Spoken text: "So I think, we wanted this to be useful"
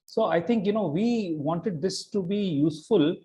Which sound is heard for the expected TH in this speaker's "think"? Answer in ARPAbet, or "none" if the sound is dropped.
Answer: T